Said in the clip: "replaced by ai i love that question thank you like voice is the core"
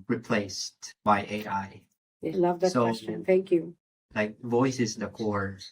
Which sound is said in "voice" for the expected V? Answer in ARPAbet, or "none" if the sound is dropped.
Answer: V